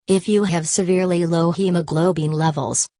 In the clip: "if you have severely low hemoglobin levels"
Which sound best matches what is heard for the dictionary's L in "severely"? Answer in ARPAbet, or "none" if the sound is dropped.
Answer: L